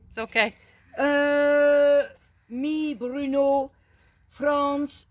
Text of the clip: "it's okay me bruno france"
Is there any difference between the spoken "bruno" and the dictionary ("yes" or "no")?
no